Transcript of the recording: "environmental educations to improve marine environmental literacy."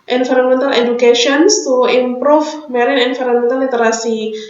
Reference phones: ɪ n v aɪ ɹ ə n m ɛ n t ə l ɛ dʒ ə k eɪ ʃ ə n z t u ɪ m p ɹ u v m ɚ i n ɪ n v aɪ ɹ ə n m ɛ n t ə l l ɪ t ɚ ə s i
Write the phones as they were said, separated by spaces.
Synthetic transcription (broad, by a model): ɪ n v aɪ ɹ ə n m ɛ n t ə l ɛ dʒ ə k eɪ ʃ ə n s t u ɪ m p ɹ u f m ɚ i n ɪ n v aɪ ɹ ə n m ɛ n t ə l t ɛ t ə s i